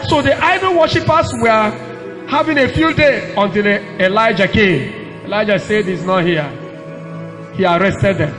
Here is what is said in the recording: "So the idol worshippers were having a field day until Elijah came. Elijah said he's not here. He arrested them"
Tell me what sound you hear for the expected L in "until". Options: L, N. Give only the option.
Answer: L